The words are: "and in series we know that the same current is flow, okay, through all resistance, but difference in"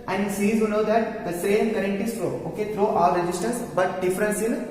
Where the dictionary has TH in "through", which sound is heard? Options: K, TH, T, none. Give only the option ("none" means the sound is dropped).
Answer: T